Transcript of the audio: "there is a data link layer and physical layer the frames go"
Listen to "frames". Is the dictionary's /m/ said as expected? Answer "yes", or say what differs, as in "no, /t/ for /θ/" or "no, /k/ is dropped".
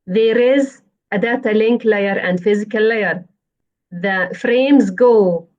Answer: yes